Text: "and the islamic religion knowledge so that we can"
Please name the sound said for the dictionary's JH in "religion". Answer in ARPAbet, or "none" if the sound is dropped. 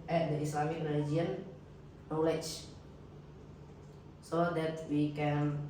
none